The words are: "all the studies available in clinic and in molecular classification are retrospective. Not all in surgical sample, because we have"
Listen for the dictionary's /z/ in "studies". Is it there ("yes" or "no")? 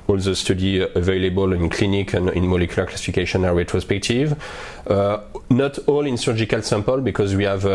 no